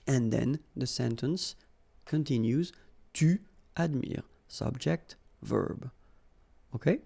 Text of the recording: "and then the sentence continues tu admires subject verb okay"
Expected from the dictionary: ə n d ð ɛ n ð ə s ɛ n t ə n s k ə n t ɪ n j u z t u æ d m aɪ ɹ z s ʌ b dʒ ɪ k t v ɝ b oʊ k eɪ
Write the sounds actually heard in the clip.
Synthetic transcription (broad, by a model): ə n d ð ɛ n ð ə s ɛ n t ə n s k ə n t ɪ n j u z t u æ d m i ɹ s ʌ b dʒ ɪ k t v ɝ b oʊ k eɪ